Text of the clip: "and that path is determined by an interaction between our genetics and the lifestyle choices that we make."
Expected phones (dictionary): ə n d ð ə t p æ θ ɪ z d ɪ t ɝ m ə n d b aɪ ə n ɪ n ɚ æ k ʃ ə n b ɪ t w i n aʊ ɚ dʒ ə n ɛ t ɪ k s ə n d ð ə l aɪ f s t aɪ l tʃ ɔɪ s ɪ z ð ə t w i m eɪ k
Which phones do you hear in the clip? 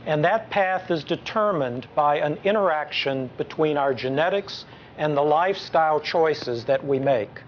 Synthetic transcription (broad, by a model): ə n ð ə t p æ θ ɪ z d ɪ t ɝ m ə n b aɪ ə n ɪ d ɚ æ k ʃ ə n b ɪ t w i n aʊ ɚ dʒ ə n ɛ t ɪ k s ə n ð ə l aɪ f s t aɪ l tʃ ɔɪ s ɪ z ð ə t w i m eɪ k